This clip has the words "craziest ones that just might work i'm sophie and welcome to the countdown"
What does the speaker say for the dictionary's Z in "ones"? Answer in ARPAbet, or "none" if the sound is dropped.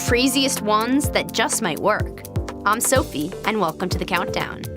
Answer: Z